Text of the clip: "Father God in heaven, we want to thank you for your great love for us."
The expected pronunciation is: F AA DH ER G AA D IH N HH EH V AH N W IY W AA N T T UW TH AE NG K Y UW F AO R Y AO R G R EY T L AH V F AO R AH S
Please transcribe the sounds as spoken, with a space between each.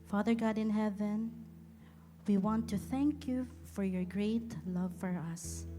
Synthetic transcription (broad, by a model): F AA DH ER G AA D IH N HH EH V AH N W IY W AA N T T UW TH AE NG K Y UW F AO R Y AO R G R EY T L AH V F AO R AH S